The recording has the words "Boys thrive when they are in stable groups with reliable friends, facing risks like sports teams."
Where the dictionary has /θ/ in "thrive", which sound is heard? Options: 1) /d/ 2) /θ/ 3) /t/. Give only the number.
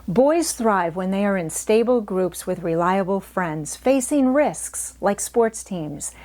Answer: 2